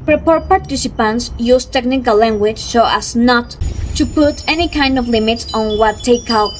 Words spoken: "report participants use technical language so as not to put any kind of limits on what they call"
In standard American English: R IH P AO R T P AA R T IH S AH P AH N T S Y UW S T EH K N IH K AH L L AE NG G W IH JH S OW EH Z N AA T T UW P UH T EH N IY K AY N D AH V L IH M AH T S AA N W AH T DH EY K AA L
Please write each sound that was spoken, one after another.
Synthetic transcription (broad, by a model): R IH P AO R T P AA R T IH S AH P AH N T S Y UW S T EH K N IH K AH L L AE NG G W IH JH S OW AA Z N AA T T UW P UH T EH N IY K AY N D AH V L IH M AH T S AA N W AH T EY K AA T